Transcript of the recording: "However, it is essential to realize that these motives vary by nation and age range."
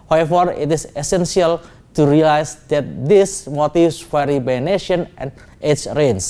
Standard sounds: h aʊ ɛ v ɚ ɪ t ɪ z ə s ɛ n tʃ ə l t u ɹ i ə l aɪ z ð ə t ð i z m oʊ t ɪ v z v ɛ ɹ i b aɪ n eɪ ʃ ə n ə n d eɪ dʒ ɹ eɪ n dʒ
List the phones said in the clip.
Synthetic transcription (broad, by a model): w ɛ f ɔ ɪ t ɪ s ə s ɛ n s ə l t u ɹ i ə l aɪ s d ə t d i s m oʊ t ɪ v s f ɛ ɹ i b aɪ n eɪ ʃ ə n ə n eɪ tʃ ɹ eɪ n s